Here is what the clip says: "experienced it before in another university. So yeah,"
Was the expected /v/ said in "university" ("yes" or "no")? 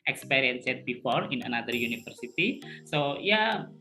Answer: no